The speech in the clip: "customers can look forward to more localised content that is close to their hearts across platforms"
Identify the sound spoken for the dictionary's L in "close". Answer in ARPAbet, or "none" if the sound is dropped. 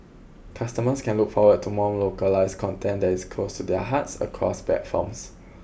L